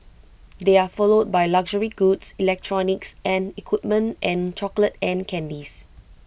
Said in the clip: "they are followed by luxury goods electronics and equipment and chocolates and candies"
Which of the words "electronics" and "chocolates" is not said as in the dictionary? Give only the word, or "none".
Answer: chocolates